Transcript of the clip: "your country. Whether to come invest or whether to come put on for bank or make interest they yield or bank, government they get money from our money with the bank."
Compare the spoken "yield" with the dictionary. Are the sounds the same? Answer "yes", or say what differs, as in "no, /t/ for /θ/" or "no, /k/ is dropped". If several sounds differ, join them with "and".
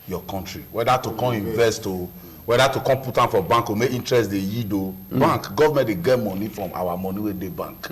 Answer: no, /l/ is dropped